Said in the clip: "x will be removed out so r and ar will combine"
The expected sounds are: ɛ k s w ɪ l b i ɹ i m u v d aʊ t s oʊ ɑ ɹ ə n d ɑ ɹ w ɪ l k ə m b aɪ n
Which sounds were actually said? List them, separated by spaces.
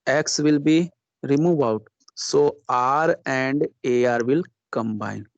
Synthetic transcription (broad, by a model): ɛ k s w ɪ l b i ɹ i m u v aʊ t s oʊ ɑ ɹ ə n d ɑ ɹ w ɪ l k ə m b aɪ n